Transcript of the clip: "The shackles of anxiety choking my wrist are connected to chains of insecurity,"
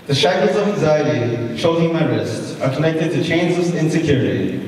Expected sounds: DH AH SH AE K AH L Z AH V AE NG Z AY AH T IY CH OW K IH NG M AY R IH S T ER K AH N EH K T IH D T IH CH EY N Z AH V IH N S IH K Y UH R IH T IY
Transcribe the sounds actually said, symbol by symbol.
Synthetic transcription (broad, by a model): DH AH SH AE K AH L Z AH V AE NG Z AY AH T IY SH OW IH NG M AY R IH S T ER K AH N EH K T IH D T IH CH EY N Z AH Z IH N S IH K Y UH R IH T IY